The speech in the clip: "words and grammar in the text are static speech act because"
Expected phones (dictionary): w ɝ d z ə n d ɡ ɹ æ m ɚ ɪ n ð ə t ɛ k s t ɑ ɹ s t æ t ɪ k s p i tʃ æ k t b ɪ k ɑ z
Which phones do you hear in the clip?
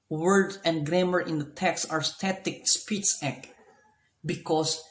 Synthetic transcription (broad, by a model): w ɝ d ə n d ɡ ɹ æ m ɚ ɪ n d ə t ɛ k s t ɑ ɹ s t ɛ t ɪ k s p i s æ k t b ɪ k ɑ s